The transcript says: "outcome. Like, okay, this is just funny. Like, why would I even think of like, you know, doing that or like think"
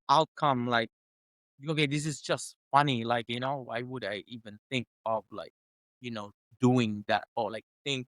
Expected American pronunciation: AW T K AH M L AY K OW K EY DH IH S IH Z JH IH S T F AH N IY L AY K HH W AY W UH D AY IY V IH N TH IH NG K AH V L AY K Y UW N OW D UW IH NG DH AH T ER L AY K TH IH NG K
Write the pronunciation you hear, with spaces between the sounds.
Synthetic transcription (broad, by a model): AW T K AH M L AY K OW K EY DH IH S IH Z JH IH S T F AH N IY L AY K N W AY W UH D AY IY V IH N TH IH NG K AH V L AY K Y UW N OW D UW IH NG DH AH T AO L AY K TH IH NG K